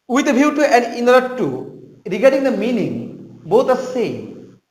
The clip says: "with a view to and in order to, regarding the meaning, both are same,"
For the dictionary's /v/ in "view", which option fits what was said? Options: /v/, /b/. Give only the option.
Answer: /b/